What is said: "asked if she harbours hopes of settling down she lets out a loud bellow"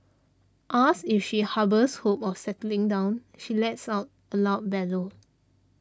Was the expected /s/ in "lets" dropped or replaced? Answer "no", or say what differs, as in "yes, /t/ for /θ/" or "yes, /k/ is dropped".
no